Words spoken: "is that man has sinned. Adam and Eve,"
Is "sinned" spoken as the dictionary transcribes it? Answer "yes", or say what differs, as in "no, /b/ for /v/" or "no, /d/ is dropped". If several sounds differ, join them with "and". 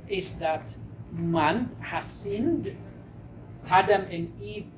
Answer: yes